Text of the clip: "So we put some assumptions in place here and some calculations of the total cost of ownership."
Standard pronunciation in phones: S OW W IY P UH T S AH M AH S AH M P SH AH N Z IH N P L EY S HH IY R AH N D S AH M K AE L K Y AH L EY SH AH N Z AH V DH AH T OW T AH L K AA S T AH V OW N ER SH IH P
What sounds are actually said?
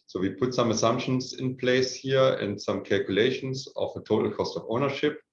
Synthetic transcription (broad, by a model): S OW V IY P UH T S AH M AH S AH M P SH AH N S IH N P L EY S HH IY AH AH N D S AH M K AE L K Y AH L EY SH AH N S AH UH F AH T OW T L K AA S T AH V OW N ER SH IH P